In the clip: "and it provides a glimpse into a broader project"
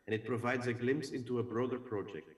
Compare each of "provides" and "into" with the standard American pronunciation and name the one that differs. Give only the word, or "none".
none